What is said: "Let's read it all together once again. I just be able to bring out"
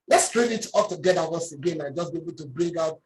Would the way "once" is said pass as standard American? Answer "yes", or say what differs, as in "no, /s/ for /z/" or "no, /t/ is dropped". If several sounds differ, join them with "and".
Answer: no, /n/ is dropped